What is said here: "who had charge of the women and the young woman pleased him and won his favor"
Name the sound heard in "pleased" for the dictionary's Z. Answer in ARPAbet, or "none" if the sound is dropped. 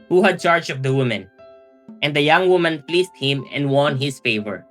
S